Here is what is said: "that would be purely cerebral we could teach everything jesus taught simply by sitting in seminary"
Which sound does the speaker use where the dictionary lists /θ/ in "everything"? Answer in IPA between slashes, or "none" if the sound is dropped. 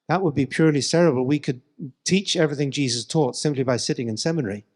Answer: /θ/